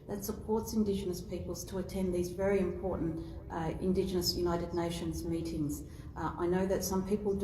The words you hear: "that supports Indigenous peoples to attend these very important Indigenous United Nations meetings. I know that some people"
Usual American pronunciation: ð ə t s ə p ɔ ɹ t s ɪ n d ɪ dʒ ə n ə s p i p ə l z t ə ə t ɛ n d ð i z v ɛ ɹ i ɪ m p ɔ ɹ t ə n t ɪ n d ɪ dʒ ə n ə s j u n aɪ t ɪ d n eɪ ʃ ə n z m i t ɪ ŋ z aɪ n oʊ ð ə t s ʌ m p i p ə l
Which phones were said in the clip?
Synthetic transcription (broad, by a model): ð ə t s ə p ɔ ɹ t s ɪ n d ɪ dʒ ə n ə s p i p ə l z t ə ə t ɛ n ð i z v ɛ ɹ i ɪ m p ɔ ɹ t n t ɪ n d ɪ dʒ ə n ə s j u n aɪ t ɪ d n eɪ ʃ ə n z m i t ɪ ŋ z aɪ n oʊ ð ə t s ʌ m p i p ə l